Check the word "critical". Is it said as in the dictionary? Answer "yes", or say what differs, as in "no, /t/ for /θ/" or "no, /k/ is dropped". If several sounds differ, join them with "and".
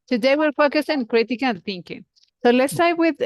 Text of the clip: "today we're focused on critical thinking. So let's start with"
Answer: no, /n/ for /l/